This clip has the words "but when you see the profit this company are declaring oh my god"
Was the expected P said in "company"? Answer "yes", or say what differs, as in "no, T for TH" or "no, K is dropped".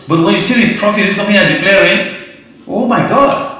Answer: no, P is dropped